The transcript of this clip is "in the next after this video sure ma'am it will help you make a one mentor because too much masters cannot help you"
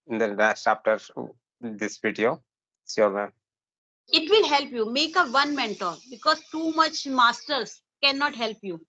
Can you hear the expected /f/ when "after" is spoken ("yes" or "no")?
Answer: no